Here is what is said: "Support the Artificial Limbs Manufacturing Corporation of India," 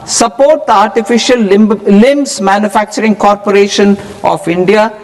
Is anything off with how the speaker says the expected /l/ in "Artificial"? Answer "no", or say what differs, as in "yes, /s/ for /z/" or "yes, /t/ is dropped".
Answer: no